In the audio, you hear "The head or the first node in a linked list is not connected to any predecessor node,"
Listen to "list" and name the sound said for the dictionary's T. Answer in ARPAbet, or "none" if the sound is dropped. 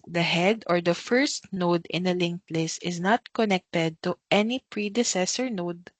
none